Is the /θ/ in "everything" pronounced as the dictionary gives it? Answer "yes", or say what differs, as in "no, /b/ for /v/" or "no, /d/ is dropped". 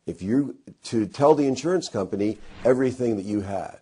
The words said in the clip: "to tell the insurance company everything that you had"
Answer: yes